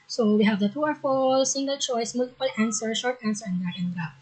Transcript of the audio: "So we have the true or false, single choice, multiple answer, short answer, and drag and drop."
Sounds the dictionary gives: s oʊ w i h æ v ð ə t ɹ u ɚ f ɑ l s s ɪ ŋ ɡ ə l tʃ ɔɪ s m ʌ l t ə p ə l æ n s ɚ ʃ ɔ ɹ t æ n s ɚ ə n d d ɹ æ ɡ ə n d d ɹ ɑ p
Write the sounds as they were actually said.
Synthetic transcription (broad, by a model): s oʊ w i h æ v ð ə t u ɚ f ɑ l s s ɪ ŋ ɡ ə l tʃ ɔɪ s m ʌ l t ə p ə l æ n s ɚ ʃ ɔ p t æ n s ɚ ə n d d æ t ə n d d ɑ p